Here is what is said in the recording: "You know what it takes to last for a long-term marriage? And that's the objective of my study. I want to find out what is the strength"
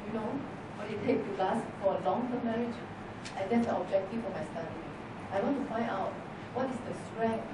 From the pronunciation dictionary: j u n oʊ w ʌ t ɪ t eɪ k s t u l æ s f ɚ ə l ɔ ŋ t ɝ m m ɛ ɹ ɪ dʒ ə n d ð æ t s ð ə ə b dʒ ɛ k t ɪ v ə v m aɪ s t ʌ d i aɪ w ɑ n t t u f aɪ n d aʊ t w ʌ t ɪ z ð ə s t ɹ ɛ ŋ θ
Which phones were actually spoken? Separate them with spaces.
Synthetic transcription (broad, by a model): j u n oʊ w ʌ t ɪ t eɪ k t u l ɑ s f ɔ ə l ɔ ŋ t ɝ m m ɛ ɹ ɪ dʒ ə n d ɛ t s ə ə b dʒ ɛ k t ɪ f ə m aɪ s t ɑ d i aɪ w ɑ n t t u f aɪ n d aʊ t w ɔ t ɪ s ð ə s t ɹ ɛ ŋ